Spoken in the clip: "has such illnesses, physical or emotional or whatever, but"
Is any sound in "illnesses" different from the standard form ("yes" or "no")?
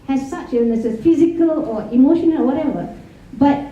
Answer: yes